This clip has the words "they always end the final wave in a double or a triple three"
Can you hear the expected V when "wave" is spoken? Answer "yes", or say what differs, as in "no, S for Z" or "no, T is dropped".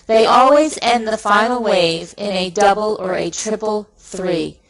yes